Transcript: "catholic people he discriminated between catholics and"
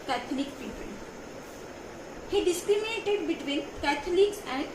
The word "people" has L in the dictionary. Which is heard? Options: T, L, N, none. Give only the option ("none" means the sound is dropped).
N